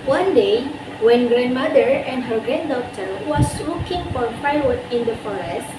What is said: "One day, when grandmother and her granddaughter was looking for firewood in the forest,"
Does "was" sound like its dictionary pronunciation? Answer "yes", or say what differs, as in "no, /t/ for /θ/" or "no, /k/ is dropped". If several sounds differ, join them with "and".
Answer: no, /s/ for /z/